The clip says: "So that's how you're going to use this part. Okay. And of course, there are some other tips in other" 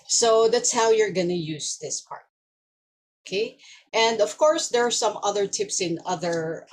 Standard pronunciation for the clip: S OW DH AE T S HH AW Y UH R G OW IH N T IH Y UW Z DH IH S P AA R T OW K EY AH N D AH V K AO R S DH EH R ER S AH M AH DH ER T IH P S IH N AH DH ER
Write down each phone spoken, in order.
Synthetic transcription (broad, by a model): S OW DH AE T S HH AW Y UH R G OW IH N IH Y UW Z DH IH S P AA R T OW K EY AH N D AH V K AO R S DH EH R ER S AH M AH DH ER T IH P S IH N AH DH ER